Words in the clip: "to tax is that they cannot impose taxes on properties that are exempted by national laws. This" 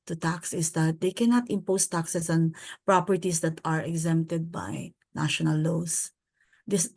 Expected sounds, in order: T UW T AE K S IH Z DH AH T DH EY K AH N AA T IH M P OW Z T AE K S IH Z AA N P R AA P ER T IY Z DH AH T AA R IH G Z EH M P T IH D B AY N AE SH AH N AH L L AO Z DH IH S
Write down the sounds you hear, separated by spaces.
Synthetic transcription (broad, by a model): T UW T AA K S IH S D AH T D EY K AH N AA T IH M P OW S T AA K S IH S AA N P R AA P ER T IY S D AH T AA R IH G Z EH M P T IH D B AY N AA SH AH N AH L L AO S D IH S